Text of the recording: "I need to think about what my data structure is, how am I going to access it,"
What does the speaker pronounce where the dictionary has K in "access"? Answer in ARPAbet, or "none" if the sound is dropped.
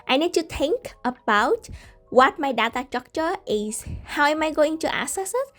none